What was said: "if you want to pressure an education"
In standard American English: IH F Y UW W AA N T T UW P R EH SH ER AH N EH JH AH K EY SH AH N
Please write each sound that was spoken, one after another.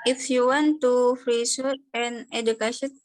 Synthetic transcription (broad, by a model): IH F Y UW W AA N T T UW F R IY S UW AH N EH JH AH K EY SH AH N